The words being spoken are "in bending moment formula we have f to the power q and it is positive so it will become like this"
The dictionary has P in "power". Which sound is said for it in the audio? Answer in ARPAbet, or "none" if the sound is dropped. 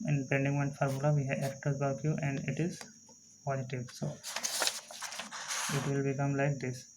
B